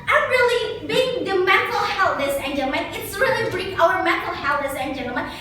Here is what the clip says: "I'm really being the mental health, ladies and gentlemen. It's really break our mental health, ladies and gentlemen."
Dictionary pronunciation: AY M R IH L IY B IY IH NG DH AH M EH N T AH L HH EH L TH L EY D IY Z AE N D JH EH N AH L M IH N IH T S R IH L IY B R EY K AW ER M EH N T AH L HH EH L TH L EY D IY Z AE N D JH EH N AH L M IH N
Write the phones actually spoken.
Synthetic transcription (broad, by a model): AY M R IH L IY B IY IH NG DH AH M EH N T L HH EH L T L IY S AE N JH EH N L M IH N IH T S R IH L IY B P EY UH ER M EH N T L HH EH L T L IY S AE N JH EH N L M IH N